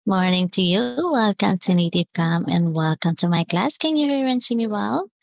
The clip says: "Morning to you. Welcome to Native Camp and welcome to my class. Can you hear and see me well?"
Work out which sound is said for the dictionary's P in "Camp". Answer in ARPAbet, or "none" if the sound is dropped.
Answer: none